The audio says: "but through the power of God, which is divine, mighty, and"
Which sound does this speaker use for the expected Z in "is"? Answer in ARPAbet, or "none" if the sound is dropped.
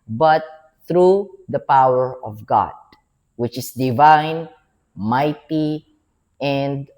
S